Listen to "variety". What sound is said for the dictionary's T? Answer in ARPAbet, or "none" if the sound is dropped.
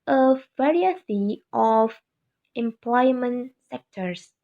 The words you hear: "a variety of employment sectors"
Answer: S